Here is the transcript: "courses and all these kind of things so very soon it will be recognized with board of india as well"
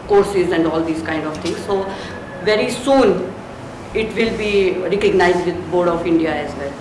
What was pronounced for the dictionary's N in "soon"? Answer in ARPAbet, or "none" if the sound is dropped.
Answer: N